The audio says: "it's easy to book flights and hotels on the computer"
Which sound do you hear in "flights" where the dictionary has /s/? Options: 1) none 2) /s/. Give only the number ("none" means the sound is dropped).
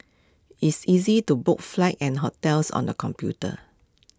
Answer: 1